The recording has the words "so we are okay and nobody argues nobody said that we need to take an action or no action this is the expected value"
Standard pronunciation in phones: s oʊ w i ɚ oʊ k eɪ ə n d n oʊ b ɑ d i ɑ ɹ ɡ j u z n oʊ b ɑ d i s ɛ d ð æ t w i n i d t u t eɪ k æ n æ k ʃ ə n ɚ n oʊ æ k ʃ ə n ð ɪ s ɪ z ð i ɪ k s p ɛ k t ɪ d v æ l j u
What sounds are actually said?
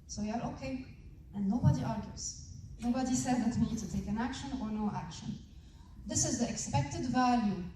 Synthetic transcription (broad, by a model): s oʊ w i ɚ oʊ k eɪ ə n n oʊ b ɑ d i ɑ ɹ ɡ j u z n oʊ b ɑ d i s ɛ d ð æ t w i n i d t u t eɪ k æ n æ k ʃ ə n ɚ n oʊ æ k ʃ ə n ð ɪ s ɪ z ð i ɪ k s p ɛ k t ɪ d v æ l j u